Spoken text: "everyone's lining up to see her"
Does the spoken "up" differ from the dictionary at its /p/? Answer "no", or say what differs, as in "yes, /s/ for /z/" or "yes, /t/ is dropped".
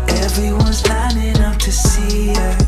yes, /f/ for /p/